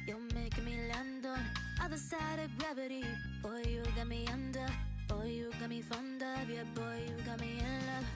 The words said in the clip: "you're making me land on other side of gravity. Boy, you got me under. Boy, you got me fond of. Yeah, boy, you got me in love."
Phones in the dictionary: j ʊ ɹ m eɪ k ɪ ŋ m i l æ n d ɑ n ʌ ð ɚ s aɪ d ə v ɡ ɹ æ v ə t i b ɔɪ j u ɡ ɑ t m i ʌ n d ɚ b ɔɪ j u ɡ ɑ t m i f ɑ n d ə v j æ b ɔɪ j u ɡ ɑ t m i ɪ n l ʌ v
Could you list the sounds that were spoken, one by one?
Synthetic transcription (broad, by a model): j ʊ m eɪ ɪ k m i l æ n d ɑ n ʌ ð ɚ s aɪ d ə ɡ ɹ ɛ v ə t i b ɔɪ j u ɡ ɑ m i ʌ n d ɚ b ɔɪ j u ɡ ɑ m i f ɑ n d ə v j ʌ b ɔɪ j u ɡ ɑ m i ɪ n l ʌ